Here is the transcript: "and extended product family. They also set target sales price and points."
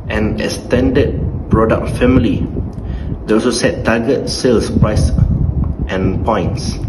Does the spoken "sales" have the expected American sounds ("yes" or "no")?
no